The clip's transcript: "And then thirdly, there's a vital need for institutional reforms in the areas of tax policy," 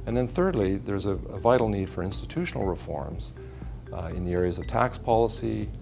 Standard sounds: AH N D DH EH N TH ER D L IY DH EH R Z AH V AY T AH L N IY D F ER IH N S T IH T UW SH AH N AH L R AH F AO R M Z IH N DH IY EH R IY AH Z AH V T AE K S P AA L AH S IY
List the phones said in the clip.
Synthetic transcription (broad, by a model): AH N DH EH N TH ER D L IY DH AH R Z AH V AY T L N IY D F ER IH N S T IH T UW SH N L R AH F AO R M Z IH N DH IY EH R IY AH Z AH V T AE K S P AA L AH S IY